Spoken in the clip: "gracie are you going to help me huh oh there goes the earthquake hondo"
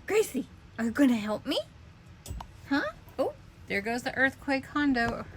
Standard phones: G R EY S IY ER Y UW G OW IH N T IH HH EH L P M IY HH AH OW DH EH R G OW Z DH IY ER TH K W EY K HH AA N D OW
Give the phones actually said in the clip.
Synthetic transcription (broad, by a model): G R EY S IY ER Y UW G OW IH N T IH HH EH L P M IY HH AH OW DH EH R G OW Z DH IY ER TH K W EY K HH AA N D OW